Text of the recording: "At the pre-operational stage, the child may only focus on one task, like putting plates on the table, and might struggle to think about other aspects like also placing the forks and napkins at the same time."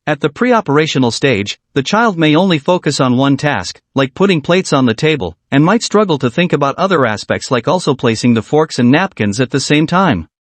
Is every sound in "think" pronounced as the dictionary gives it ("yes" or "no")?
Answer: yes